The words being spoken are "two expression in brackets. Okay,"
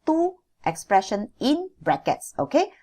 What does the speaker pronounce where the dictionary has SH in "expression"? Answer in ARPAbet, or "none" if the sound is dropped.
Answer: SH